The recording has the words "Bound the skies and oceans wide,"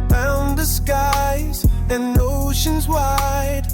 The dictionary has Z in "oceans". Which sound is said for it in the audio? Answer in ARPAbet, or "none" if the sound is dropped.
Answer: Z